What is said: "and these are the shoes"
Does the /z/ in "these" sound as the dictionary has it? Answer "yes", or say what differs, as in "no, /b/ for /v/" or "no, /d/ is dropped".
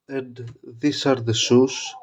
no, /s/ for /z/